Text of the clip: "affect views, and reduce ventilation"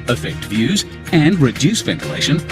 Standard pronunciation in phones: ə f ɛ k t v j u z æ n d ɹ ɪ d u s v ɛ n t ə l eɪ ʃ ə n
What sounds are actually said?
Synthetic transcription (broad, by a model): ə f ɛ k t v j u z æ n d ɹ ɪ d u s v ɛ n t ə l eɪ ʃ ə n